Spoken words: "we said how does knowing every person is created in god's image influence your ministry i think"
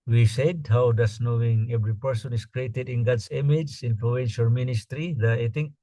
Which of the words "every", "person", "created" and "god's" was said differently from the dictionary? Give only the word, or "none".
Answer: god's